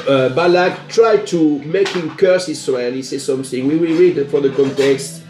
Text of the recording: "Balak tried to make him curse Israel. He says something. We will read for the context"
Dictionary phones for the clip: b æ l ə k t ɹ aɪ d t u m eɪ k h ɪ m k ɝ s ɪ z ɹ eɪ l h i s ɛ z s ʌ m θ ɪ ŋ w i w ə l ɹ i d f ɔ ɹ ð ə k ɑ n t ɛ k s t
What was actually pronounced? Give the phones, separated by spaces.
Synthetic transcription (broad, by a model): b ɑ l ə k t ɹ aɪ d t u m eɪ k h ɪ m k ɝ s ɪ s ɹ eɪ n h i s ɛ s ʌ m θ ɪ ŋ w i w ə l ɹ i d f ɔ ɹ ð ə k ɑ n t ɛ k s t